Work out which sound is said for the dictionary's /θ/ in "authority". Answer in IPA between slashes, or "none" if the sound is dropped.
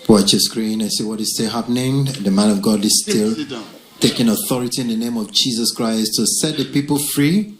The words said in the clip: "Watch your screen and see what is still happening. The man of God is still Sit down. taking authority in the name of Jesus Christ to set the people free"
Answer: /θ/